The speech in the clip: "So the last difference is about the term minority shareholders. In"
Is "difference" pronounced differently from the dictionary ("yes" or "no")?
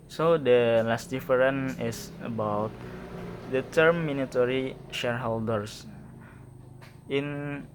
yes